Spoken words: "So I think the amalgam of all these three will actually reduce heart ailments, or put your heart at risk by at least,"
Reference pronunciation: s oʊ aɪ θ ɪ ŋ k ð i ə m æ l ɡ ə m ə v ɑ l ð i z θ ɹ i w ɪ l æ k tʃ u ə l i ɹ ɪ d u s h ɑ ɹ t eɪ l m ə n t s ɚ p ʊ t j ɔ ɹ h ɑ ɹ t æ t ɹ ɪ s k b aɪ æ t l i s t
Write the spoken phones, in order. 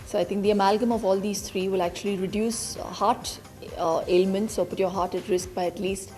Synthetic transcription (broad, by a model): s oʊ aɪ t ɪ ŋ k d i ə m æ l ɡ ə m ə v ɑ l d i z t ɹ i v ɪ l æ k tʃ u ə l i ɹ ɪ d u s h ɑ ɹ t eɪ l m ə n t s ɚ p ʊ t j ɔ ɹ h ɑ ɹ t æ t ɹ ɪ s k b aɪ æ t l i s t